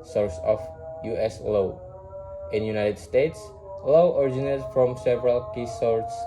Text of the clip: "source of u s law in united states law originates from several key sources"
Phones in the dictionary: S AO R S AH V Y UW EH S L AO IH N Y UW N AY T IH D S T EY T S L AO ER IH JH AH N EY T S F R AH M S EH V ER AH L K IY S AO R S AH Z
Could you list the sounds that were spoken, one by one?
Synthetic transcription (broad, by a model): S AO R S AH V Y UW EH S L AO IH N Y UW N AY T IH D S T EY T S L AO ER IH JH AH N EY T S F R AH M S EH V ER AH L K IY S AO R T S